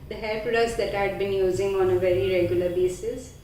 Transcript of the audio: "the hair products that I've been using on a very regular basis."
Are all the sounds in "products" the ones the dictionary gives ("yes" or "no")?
no